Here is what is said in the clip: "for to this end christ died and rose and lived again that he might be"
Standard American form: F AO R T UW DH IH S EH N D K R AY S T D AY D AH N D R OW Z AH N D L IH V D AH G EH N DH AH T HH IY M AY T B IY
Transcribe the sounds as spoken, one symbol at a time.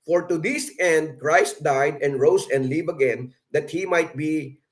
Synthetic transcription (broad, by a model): F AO R T UW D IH S EH N D K R AY S T D AY D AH N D R OW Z AH N D L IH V AH G EH N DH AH T HH IY M AY T B IY